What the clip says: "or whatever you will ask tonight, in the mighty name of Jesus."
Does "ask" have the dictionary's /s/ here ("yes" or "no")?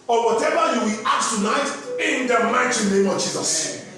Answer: no